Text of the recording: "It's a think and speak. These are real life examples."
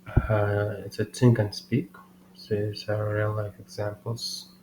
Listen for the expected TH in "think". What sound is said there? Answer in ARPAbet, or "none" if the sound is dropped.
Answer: T